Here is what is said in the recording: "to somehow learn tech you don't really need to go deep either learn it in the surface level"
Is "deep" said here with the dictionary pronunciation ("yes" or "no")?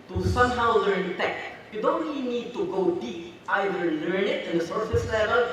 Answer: no